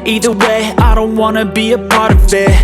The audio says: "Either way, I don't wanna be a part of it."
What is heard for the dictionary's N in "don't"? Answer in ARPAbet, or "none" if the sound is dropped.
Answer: N